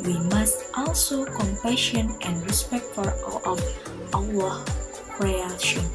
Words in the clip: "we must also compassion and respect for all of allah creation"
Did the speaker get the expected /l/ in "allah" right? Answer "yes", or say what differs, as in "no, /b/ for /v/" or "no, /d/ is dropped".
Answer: no, /w/ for /l/